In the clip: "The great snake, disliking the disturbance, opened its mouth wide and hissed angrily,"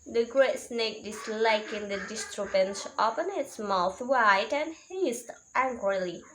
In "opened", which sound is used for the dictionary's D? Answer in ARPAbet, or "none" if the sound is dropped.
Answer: none